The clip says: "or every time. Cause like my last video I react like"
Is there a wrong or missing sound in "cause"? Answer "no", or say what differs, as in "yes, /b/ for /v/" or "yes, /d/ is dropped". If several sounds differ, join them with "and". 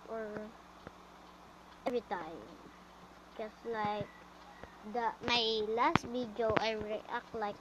yes, /s/ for /z/